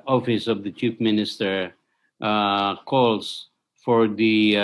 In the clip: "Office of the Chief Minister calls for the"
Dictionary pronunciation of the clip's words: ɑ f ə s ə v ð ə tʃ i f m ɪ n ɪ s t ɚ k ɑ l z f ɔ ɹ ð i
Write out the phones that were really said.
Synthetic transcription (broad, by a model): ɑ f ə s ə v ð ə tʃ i p m ɪ n ɪ s t ɚ k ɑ l s f ɔ ɹ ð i